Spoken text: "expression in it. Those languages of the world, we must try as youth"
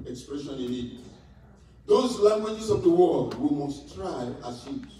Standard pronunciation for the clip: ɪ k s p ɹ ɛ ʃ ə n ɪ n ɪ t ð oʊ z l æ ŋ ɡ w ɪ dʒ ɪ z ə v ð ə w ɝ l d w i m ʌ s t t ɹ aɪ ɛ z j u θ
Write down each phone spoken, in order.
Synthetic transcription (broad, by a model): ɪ k s p ɹ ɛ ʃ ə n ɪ l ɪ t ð oʊ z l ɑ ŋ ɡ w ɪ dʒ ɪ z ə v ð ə w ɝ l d w i m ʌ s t t ɹ aɪ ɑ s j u